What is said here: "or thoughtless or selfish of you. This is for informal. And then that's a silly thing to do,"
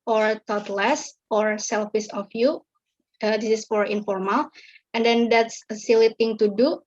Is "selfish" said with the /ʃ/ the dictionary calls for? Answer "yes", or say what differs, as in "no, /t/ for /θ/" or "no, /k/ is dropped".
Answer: no, /s/ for /ʃ/